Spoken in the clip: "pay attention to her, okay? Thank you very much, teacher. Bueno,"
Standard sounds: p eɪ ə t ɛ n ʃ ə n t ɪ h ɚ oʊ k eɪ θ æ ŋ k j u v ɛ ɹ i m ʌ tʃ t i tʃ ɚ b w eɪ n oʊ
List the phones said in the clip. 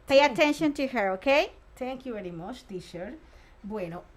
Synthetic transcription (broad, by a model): p eɪ ə t ɛ n ʃ ə n t ɪ h ɚ oʊ k eɪ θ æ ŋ k j u v ɛ ɹ i m ʌ tʃ t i ʃ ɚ b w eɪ n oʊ